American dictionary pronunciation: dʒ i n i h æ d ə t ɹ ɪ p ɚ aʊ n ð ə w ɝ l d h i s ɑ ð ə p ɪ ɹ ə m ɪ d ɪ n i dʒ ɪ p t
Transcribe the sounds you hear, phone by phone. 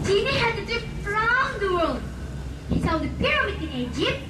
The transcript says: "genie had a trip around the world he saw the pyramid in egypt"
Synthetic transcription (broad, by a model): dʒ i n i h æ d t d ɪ f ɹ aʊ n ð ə w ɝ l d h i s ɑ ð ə p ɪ ɹ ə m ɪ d ɪ n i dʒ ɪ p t